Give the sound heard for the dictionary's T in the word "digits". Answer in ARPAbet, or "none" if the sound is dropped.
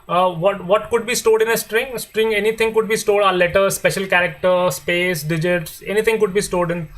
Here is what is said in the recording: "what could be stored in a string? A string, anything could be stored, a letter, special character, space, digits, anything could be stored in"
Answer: T